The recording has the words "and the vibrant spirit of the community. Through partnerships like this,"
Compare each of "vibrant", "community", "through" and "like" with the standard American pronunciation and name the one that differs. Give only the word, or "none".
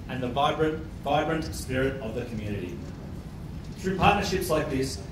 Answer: none